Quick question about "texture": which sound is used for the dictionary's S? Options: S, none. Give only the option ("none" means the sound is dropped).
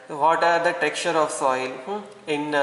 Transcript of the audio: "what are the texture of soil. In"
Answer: none